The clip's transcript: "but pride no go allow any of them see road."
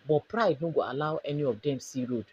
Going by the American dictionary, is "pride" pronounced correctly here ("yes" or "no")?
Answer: yes